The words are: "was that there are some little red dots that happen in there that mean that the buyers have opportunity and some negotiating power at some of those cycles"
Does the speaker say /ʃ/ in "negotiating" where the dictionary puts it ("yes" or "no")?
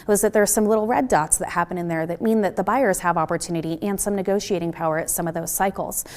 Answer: yes